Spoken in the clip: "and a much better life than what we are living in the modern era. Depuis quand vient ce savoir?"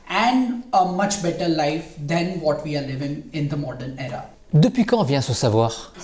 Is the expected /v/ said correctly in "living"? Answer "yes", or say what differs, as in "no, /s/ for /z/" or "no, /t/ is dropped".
yes